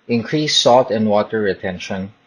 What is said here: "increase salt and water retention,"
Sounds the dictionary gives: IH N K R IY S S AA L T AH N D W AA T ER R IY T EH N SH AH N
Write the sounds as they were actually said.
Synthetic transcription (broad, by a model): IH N K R IY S S AA L T AH N D W AA T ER R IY T EH N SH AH N